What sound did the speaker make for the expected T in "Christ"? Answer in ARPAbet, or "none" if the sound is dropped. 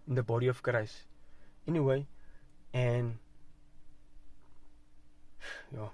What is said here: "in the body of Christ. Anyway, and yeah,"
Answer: none